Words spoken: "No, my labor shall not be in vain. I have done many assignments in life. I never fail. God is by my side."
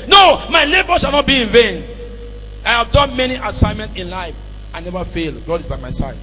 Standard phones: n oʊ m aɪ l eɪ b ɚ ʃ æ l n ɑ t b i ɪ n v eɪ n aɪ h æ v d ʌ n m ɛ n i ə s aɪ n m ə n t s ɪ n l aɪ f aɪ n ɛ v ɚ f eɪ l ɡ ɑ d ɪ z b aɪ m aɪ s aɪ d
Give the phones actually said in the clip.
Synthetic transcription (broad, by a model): n oʊ m aɪ l eɪ b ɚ ʃ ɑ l n ɑ t b i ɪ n v eɪ n aɪ h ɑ v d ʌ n m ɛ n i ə s aɪ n m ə n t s ɪ n l aɪ f aɪ n ɛ v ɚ f eɪ l ɡ ɑ d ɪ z b aɪ m aɪ s aɪ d